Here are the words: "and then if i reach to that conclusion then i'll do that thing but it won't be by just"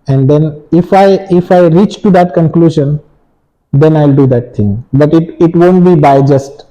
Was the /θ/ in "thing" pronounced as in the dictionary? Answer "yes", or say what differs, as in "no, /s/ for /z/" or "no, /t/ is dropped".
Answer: no, /t/ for /θ/